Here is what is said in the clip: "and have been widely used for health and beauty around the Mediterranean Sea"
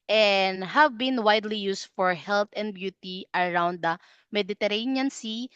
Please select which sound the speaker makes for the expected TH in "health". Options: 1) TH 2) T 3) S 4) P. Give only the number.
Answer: 2